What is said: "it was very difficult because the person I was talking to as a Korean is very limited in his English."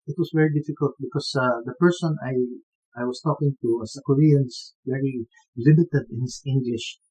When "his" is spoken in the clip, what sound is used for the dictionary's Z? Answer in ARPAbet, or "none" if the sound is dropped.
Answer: S